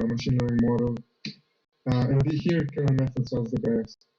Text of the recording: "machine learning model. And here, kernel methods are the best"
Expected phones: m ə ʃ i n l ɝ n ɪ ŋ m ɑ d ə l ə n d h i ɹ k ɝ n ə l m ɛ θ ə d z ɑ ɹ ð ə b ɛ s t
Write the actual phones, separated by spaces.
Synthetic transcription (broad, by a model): m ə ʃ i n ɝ ɪ m ɑ d ə l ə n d h i ɹ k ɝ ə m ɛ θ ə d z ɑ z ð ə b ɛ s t